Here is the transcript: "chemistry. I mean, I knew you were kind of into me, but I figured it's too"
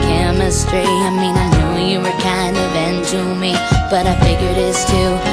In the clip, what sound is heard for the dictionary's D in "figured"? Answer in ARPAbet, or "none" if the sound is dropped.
D